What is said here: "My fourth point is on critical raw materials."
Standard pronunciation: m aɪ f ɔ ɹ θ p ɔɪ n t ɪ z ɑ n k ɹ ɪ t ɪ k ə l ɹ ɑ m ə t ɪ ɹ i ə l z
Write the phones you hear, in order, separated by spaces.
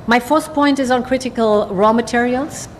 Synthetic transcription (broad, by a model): m aɪ f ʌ ɹ s p ɔɪ n t ɪ z n k ɹ ɪ t ɪ k ə l ɹ ɑ m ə t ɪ ɹ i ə l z